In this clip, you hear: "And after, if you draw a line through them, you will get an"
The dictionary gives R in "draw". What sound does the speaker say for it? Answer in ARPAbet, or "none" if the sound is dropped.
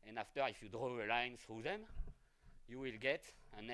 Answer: R